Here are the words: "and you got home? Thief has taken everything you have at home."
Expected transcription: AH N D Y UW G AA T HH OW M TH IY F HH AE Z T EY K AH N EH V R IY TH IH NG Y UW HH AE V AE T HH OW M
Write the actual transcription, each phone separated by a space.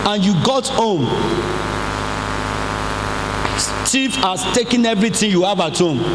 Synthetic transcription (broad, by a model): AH N Y UW G AA T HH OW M T IY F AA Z T EY K AH N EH V R IY T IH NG Y UW HH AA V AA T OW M